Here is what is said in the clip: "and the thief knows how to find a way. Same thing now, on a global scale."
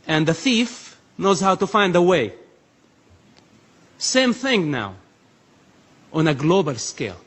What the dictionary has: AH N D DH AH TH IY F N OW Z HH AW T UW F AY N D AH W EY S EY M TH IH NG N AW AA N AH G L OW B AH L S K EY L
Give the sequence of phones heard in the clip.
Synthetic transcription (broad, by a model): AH N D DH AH TH IY F N OW Z HH AW T UW F AY N D AH W EY S EY M TH IH NG N AW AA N AH G L OW B AH L S K EY L